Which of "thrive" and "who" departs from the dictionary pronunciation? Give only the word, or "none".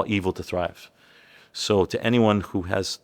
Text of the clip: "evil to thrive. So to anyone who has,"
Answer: none